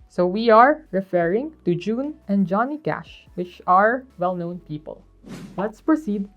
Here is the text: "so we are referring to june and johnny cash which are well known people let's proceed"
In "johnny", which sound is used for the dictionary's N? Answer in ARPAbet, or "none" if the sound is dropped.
N